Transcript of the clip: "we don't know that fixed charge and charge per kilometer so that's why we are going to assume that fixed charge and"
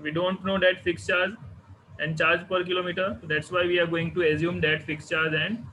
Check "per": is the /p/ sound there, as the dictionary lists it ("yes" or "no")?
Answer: yes